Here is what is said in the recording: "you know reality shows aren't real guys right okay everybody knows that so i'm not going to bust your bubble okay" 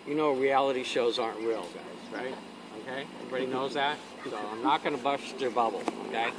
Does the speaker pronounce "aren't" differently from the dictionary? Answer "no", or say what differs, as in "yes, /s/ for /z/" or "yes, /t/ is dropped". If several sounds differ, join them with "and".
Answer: no